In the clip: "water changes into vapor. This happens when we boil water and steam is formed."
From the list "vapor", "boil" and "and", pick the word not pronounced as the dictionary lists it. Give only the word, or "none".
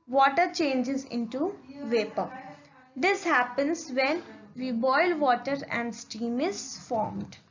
none